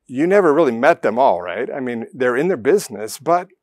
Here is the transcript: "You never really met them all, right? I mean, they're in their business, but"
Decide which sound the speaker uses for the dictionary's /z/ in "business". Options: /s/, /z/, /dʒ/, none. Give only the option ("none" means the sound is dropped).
/z/